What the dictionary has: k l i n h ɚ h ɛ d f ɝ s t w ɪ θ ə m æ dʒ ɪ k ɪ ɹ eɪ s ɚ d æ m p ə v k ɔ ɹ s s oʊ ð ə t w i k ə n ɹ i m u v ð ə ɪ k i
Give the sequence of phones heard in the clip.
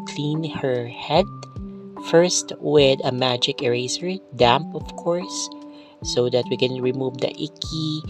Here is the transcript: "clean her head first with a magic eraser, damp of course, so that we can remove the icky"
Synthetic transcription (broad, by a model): k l i n h ɚ h ɛ d f ɝ s t w ɪ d ə m æ dʒ ɪ k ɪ ɹ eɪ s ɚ d æ m p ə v k ɔ ɹ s s oʊ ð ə t w i k ə n ɹ i m u v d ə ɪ k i